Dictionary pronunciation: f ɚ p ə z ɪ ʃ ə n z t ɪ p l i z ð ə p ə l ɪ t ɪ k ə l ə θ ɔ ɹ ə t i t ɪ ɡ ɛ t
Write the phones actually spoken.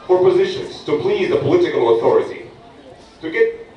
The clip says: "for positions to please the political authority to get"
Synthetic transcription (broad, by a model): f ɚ p ə z ɪ ʃ ə n z t ɪ p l i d ð ə p ə l ɪ t ɪ k ə l ə θ ɔ ɹ ə t i t ɪ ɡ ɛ